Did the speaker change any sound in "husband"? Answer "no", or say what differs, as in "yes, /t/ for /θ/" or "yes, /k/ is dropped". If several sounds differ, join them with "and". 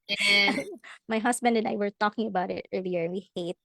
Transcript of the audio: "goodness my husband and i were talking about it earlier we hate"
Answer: yes, /s/ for /z/